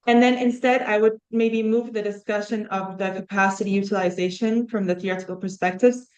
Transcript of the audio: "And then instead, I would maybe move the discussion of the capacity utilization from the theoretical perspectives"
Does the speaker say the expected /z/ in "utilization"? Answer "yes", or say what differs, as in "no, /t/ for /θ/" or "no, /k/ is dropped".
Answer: yes